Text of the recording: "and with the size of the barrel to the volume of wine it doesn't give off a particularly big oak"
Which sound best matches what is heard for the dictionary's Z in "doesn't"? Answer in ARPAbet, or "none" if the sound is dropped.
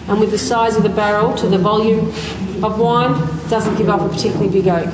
Z